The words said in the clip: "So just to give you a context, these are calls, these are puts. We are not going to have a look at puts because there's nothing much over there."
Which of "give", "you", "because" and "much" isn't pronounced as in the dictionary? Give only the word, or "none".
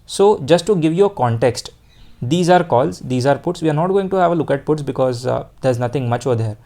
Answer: none